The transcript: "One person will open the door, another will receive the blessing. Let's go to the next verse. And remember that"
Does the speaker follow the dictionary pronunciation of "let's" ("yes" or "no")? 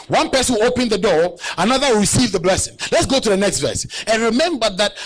yes